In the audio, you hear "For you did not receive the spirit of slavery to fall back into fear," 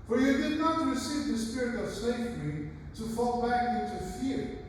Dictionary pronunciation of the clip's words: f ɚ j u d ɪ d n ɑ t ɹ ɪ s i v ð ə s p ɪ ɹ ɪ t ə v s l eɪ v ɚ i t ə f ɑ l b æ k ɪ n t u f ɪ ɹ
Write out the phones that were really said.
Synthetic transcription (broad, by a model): f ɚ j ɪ d ɪ d n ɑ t ɹ ɪ s i v ð ə s p ɪ ɹ ɪ t ə v s eɪ f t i t ə f ɑ l b æ k ɪ n t u f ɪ ɹ